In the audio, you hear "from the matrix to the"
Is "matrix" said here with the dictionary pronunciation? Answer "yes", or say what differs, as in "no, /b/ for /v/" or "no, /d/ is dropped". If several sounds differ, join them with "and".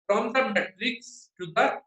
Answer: yes